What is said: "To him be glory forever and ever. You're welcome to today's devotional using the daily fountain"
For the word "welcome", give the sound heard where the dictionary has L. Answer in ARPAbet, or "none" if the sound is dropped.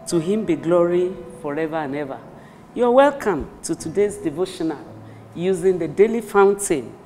L